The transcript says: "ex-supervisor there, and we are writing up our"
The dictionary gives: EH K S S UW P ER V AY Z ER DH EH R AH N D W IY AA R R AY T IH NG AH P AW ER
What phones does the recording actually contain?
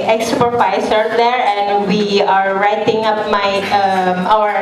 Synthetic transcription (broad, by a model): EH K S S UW P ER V AY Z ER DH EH R AH N D W IY AA R R AY T IH NG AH P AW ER